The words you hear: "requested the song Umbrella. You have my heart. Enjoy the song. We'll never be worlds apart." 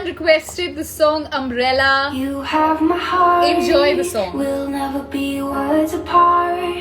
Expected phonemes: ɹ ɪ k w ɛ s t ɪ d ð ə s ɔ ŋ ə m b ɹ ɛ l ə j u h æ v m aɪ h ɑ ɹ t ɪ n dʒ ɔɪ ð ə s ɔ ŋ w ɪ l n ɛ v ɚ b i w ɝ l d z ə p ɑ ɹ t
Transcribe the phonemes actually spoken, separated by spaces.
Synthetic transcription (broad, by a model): ɹ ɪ k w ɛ s t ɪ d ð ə s ɔ ŋ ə m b ɹ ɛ l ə j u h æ v m aɪ h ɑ ɹ ɪ n dʒ ɔɪ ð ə s ɔ ŋ w ɪ l n ɛ v ɚ b i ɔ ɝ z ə p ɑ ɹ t